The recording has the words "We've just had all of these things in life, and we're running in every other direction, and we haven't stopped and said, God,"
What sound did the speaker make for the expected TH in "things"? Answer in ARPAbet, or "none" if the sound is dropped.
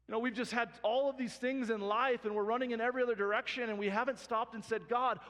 TH